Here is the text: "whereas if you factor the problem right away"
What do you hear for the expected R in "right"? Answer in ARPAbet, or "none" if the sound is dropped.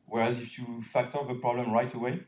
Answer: R